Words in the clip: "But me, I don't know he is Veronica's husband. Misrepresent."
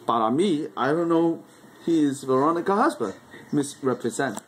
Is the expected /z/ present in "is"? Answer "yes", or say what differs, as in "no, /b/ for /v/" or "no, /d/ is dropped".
yes